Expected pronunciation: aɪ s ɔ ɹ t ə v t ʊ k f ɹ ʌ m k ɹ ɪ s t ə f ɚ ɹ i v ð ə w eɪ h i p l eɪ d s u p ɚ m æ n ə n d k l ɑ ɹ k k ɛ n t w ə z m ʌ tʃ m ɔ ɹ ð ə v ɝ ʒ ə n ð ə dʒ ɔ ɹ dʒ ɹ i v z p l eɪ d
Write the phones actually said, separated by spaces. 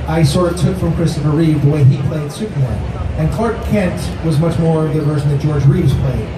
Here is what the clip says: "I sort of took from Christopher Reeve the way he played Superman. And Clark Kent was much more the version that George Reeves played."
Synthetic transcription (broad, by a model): aɪ s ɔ ɹ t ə t ʊ k f ɹ ʌ m k ɹ ɪ s t ə f ɚ ɹ i v ð ə w eɪ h i p l eɪ d s u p ɚ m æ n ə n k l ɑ ɹ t k ɛ n t w ə z m ʌ tʃ m ɔ ɹ ð ə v ɝ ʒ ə n ð ə dʒ ɔ ɹ dʒ ɹ i v z p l eɪ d